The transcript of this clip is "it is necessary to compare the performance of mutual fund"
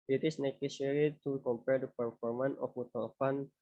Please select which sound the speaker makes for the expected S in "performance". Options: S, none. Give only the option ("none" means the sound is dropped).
none